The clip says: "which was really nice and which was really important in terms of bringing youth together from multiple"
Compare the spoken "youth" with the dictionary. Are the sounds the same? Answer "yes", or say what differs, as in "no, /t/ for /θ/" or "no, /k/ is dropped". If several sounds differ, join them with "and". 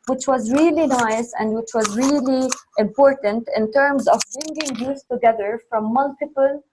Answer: no, /s/ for /θ/